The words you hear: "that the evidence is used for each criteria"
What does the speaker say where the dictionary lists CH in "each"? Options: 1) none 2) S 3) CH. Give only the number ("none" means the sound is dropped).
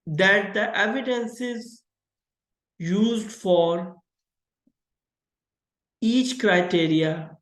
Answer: 3